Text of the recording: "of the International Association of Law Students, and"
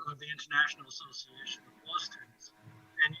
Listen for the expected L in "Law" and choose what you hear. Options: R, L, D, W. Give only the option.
W